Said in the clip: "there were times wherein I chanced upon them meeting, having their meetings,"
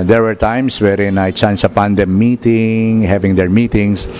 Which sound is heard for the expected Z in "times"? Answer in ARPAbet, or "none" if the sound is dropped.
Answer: S